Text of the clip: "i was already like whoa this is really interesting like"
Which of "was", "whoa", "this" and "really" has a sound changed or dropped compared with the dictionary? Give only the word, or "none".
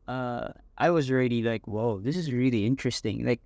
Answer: none